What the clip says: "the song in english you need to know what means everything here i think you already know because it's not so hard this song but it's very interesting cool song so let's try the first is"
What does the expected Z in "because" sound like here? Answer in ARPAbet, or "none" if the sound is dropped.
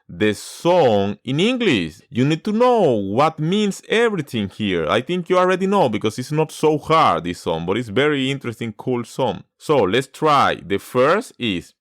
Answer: S